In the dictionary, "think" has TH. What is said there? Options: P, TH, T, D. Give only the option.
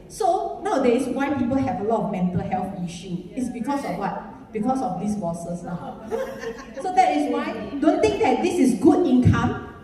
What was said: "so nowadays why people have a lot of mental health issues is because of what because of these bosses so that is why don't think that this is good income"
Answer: T